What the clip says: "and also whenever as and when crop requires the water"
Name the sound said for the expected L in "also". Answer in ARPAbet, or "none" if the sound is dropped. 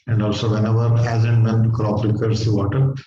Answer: L